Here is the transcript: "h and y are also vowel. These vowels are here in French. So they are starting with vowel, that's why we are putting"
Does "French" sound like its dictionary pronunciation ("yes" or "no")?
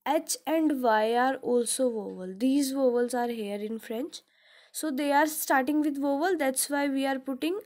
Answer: yes